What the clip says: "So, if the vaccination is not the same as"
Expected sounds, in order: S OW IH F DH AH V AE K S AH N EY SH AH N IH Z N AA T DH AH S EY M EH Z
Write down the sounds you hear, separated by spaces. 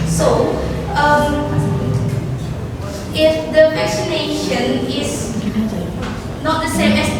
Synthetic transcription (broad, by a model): S OW IH F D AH F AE S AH N EY SH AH N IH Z N AA T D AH S EY M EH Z